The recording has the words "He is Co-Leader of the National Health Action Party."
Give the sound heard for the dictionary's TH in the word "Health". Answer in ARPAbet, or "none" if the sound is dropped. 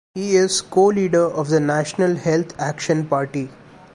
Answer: T